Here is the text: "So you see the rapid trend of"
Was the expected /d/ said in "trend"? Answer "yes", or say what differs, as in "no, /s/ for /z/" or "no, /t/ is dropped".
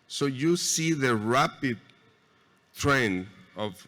no, /d/ is dropped